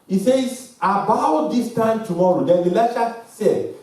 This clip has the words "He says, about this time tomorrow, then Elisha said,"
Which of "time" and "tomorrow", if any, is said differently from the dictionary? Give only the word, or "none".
none